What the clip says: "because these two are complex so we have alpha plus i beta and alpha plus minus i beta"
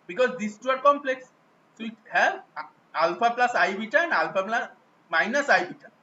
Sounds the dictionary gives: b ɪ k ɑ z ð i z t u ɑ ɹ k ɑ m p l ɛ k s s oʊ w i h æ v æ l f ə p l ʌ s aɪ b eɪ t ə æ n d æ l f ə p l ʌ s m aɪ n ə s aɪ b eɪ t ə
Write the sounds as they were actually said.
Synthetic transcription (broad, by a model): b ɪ k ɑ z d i s t u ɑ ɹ k ɑ m p l ɛ k s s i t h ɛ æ l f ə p l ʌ s aɪ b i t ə n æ l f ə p l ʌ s m aɪ n ə s aɪ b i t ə